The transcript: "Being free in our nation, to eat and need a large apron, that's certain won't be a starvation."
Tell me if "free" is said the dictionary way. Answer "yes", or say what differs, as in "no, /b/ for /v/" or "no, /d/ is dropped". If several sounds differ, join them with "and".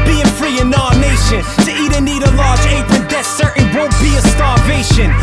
yes